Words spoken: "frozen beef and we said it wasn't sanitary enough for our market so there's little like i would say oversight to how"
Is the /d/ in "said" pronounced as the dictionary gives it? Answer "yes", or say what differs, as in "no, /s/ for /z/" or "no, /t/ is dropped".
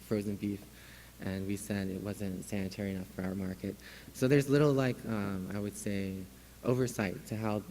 yes